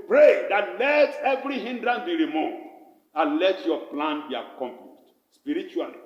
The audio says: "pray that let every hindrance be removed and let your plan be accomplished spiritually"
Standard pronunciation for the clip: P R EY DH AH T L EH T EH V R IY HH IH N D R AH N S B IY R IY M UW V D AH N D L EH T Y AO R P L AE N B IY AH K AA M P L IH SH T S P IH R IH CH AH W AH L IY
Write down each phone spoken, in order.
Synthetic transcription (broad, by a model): P R EY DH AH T L EH T EH V R IY HH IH N D R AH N B IY R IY M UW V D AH N L EH T Y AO P L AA N B IY AH K AA M P L IH SH T S P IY R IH CH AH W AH L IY